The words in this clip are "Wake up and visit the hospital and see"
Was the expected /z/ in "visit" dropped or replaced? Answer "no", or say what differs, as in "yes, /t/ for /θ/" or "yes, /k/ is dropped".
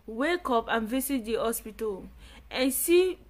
yes, /s/ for /z/